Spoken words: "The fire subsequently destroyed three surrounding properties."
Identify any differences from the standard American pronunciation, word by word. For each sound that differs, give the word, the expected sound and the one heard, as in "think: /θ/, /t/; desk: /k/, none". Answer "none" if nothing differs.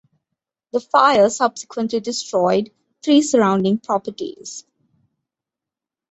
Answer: three: /θ/, /t/